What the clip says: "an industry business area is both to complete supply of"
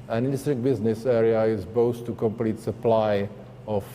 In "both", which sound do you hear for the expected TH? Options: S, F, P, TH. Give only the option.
S